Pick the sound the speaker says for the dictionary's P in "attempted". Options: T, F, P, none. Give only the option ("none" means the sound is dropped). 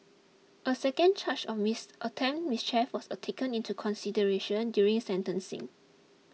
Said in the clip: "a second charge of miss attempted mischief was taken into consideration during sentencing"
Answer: none